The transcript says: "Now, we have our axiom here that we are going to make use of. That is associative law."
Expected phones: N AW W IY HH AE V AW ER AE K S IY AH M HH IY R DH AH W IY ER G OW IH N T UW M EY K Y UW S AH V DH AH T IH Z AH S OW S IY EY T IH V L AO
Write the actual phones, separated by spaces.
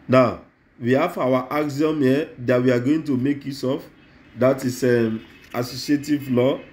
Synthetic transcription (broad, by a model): N AW W IY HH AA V AW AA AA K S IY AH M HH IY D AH W IY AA G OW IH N T UW M EY K Y UW S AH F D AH T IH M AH S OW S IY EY T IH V L AO